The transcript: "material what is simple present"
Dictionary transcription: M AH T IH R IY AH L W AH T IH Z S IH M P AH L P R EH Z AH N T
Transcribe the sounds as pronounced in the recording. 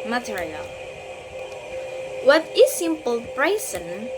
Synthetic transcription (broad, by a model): M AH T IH R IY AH L W AH T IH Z S IH M P AH L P R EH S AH N